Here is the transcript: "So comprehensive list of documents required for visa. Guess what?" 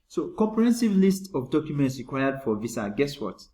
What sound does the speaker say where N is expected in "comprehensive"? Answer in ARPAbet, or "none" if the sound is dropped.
N